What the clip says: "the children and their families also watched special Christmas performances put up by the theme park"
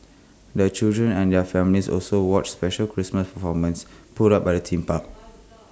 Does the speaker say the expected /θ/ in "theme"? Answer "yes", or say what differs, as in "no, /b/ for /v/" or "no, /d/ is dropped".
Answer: no, /t/ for /θ/